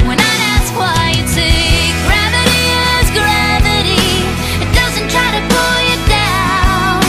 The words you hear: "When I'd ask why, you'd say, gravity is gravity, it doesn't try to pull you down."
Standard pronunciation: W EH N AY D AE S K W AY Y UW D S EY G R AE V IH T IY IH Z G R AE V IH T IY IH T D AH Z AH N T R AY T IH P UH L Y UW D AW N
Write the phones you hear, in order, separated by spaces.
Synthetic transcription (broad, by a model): W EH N AY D AE S K W AY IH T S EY G R AE V IH T IY IH Z G R AE V IH T IY IH T D AH Z AH N T R AY T IH P UH L Y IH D AW N